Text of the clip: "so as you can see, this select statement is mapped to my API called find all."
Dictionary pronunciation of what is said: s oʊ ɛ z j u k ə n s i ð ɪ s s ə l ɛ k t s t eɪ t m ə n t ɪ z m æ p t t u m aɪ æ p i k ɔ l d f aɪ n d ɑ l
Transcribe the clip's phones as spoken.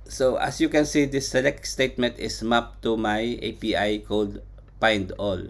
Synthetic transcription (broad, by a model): s oʊ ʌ s j u k ə n s i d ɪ s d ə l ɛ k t s t eɪ t m ə n t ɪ s m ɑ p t t u m aɪ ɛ p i k ɔ l d p aɪ n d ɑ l